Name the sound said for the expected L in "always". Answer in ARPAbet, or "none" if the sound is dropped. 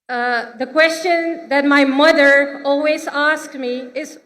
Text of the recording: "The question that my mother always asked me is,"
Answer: L